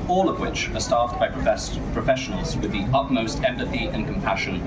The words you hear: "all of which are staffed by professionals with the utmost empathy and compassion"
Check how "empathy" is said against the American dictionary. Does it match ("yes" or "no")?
yes